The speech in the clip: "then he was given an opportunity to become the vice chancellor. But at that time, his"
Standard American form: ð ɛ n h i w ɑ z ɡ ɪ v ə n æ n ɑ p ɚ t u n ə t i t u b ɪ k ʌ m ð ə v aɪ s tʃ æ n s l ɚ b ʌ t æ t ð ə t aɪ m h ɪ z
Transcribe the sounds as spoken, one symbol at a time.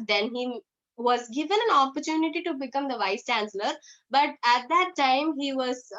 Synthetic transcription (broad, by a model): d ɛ n h i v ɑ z ɡ ɪ v ə n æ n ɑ p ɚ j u n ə t i t u b ɪ k ʌ m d ə v aɪ s tʃ æ n s l ɚ b ʌ t æ t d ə t aɪ m h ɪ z